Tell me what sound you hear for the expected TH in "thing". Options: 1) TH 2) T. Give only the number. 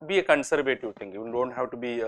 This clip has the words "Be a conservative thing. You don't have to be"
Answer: 2